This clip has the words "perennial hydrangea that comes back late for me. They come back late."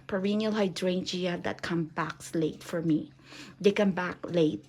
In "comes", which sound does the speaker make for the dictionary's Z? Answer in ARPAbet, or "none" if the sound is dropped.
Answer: none